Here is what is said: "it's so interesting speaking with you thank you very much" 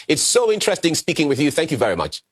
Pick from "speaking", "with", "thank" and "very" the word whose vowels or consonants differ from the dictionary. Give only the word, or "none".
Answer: none